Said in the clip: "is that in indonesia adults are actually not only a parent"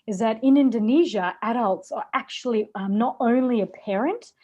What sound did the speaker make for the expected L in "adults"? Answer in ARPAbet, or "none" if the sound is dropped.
L